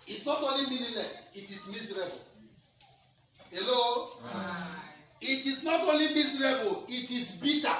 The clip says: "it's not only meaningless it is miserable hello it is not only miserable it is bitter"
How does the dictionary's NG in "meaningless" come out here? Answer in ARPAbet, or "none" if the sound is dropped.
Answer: none